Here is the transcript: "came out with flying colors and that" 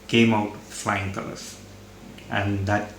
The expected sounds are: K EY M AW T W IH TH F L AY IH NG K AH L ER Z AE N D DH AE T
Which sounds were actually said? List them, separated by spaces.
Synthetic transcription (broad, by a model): K EY M AW T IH F L AY IH NG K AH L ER S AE N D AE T